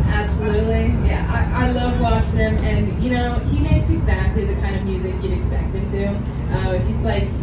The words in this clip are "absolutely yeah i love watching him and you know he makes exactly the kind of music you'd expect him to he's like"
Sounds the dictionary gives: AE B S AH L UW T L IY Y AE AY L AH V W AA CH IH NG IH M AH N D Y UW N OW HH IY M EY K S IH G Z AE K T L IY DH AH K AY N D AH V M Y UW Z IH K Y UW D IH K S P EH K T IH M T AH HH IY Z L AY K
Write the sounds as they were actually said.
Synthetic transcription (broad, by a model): AE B S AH L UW T L IY Y AE AY L AH V W AA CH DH IH M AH N Y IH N OW HH IY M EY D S IH G Z AE K T L IY DH AH K AY N D AH V M Y UW Z IH K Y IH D IH K S P EH K T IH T T AH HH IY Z L AY K